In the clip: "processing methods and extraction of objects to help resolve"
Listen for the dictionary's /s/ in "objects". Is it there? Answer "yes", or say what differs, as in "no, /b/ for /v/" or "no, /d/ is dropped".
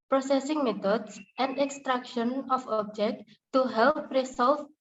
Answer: no, /s/ is dropped